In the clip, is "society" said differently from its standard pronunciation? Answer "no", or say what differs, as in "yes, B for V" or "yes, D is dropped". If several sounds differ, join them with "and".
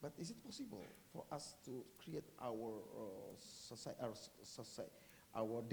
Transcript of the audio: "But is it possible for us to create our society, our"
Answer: yes, S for T